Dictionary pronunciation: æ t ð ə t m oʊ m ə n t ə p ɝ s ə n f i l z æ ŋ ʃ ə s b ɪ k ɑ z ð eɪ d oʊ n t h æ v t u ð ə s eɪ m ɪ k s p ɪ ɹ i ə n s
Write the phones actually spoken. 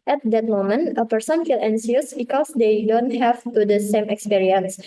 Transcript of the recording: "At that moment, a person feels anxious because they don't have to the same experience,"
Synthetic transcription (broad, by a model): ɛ t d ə t m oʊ m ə n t ə p ɝ s ə n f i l ɛ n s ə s b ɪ k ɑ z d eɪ d oʊ n t h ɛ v t u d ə s eɪ m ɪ k s p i ɹ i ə n s